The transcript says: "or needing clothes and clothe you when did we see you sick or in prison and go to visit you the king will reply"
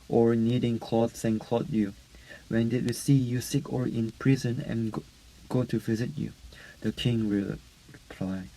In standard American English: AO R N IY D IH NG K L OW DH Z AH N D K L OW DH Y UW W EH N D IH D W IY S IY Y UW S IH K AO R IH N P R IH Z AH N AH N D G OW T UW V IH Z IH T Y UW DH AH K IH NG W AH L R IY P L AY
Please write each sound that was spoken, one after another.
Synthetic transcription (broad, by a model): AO R N IY D IH NG K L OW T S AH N K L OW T Y UW W EH N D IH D W IY S IY Y UW S IH K AO R IH N P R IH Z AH N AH N G OW T UW V IH Z IH T Y UW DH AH K IH NG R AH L R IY P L AY